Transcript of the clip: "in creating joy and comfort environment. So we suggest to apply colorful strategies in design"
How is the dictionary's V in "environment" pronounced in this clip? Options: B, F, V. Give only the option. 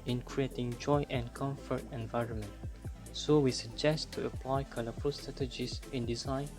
V